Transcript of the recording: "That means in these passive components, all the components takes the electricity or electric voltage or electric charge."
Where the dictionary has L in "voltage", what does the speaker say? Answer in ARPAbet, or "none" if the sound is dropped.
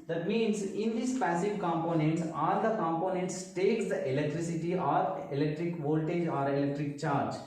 L